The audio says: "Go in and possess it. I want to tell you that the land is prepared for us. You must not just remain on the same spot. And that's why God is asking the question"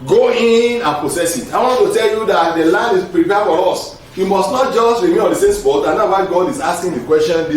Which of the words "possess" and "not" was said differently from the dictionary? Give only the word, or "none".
possess